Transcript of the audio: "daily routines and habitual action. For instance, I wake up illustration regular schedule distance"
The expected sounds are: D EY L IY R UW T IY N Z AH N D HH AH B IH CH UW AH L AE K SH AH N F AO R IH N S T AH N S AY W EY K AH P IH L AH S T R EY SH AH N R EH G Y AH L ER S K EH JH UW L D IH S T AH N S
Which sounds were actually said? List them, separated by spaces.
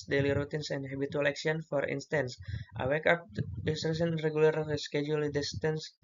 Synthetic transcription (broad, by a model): D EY L IY R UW T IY N S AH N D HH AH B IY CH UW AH L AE K S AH N F AO R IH N S T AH N S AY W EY K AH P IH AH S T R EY S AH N R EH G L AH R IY S K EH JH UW L D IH S T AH N S